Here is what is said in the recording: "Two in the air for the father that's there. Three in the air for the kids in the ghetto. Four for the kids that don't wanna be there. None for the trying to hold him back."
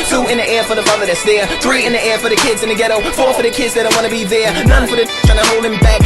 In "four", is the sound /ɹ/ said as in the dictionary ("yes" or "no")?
yes